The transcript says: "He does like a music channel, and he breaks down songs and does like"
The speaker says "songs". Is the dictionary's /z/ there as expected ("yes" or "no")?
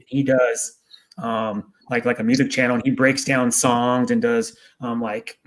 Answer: yes